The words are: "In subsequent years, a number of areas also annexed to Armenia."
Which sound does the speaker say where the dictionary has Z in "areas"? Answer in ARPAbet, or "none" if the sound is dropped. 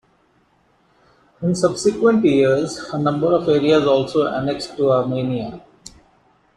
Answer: Z